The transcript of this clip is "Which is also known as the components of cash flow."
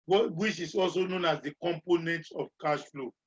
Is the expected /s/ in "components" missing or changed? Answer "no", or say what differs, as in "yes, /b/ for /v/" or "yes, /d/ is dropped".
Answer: yes, /s/ is dropped